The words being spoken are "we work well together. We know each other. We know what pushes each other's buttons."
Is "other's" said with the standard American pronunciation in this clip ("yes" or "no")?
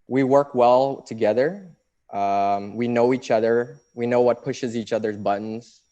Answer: yes